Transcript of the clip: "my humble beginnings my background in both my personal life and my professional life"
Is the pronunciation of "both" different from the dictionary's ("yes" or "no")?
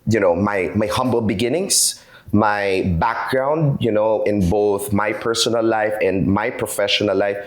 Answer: no